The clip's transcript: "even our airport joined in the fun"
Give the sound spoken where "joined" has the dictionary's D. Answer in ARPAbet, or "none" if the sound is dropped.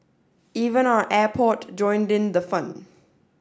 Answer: D